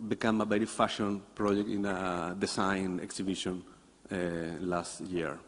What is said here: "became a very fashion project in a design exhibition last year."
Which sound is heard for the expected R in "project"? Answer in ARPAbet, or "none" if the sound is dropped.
R